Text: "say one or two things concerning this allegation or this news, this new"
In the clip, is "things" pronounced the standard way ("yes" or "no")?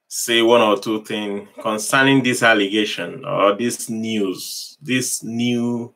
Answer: no